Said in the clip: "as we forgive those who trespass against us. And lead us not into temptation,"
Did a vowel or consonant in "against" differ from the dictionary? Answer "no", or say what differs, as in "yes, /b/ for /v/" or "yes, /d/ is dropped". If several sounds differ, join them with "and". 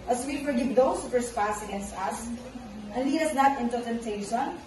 no